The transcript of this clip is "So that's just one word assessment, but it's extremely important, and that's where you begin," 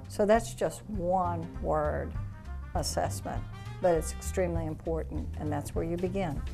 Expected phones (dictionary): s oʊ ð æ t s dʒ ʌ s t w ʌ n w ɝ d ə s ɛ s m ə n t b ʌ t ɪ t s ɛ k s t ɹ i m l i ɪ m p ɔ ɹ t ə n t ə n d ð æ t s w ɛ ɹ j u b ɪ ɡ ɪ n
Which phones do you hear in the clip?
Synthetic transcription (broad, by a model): s oʊ ð æ t s dʒ ʌ s t w ʌ n w ɝ d ə s ɛ s m ə n t b ʌ t ɪ t s ɛ k s t ɹ i m l i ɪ m p ɔ ɹ t n t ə n ð æ t s w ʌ ɹ j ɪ b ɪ ɡ ɪ n